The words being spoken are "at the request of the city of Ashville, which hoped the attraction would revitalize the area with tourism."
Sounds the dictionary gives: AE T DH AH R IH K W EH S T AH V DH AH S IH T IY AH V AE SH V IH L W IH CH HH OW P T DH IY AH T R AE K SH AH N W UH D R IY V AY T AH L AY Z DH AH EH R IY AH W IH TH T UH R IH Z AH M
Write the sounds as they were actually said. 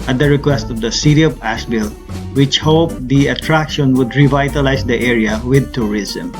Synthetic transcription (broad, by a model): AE T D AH R IH K W EH S T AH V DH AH S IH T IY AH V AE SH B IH L W IH CH HH OW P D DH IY AH T R AE K SH AH N W UH D R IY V AY T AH L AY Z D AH EH R IY AH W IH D T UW R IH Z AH M